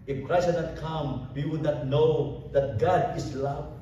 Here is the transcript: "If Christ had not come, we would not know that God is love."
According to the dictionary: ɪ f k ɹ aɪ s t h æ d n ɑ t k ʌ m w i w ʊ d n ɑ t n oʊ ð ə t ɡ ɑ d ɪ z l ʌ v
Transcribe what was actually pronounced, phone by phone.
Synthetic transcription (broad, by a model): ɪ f k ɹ aɪ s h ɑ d n ɑ t k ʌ m w i w ʊ d n ɑ t n oʊ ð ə t ɡ ɑ d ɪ s l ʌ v